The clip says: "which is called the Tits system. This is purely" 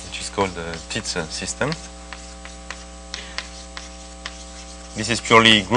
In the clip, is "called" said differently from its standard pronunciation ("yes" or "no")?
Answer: no